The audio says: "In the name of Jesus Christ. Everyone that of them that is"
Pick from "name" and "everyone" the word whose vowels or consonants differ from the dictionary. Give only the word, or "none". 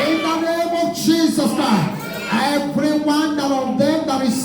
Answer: everyone